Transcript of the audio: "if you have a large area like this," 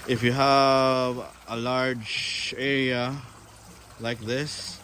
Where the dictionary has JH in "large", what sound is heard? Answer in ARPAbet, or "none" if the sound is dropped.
JH